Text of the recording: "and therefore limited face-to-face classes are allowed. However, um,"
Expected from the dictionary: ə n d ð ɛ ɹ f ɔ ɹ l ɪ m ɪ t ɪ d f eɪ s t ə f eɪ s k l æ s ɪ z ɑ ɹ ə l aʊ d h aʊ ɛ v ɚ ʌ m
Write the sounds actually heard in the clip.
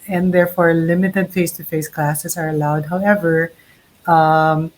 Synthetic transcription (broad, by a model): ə n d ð ɛ ɹ f ɔ ɹ l ɪ m ɪ t ɪ d f eɪ s t ə f eɪ s k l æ s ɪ s ɑ ɹ ə l aʊ d h aʊ ɛ v ɚ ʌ m